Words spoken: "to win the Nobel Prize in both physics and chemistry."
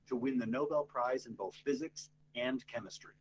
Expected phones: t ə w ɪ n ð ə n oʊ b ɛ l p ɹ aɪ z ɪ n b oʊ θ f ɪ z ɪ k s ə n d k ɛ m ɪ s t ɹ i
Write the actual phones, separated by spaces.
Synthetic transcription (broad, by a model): t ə w ɪ n ð ə n oʊ b ɛ l p ɹ aɪ z ɪ n b oʊ θ f ɪ z ɪ k s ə n k ɛ m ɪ s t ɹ i